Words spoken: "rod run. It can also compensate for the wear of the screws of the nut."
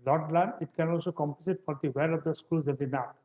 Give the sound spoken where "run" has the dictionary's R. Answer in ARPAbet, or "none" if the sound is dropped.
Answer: L